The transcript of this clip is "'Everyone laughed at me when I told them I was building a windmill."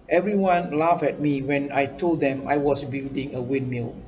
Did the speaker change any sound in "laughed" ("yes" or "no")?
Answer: yes